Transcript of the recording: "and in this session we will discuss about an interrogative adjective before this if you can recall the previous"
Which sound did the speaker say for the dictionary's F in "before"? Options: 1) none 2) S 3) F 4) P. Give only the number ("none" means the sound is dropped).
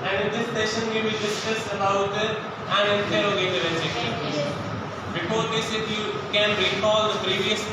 4